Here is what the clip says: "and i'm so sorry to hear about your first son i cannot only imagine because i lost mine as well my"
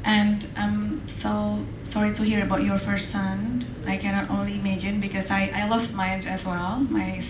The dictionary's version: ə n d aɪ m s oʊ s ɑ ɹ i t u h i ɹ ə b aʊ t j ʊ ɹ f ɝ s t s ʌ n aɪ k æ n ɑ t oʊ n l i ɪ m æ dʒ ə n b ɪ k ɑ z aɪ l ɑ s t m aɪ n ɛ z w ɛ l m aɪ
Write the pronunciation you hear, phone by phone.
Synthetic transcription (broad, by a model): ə n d aɪ m s oʊ s ɑ ɹ i t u h i ɹ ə b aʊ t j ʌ ɹ f ɝ s t s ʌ n aɪ k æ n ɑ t oʊ n l i m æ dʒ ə n b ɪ k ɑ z aɪ l ɑ s t m aɪ n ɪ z w ɛ l m aɪ